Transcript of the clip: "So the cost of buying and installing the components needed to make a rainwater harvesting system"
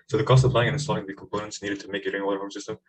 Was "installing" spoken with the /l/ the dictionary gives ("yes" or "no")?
no